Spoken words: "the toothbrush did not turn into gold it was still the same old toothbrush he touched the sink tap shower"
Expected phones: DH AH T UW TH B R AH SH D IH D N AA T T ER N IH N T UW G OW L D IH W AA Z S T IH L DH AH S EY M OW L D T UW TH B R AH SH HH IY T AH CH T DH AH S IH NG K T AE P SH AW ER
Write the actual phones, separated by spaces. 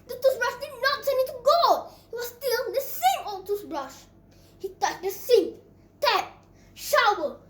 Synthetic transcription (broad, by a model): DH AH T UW S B R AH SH D IH D N AA T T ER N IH T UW G OW IH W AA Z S T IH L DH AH S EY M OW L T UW S B R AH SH HH IY T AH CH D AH S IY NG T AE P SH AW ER